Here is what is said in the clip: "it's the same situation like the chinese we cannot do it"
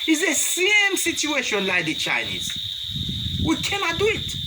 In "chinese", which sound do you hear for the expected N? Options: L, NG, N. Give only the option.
N